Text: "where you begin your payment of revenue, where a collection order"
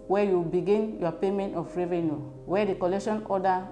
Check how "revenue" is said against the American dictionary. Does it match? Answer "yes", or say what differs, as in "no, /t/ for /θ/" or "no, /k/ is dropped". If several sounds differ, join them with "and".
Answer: yes